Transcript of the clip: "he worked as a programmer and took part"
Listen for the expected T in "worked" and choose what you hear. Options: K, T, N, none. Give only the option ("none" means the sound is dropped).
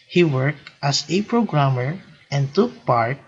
T